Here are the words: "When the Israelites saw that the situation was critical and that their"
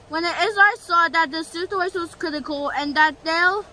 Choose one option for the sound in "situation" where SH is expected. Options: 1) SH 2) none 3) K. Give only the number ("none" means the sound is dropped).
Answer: 2